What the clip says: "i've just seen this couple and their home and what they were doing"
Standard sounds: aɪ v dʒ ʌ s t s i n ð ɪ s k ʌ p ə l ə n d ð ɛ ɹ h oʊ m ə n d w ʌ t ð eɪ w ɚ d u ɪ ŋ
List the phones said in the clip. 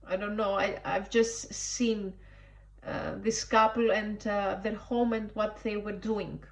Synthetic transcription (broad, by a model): aɪ v dʒ ʌ s t s i n ð ɪ s k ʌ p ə l ə n d ð ɛ ɹ h oʊ m ə n d w ʌ t ð eɪ w ɚ d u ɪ ŋ